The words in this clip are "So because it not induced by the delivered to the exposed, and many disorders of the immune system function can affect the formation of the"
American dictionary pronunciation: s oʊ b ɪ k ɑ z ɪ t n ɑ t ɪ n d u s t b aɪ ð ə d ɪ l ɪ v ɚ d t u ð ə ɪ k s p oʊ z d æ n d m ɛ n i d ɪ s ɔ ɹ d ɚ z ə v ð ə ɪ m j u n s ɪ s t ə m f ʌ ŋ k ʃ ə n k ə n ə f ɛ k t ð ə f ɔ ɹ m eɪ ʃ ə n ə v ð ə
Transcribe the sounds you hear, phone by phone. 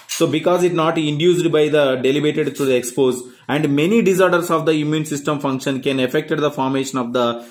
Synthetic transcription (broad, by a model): s oʊ b ɪ k ɑ z ɪ t n ɑ t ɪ n d u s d b aɪ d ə d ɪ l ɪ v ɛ d t u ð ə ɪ k s p oʊ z æ n d m ɛ n i d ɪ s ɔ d d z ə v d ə ɪ m j u n s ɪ s t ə m f ʌ ŋ k ʃ ə n k ə n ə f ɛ k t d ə f ɔ ɹ m eɪ ʃ ə n ə v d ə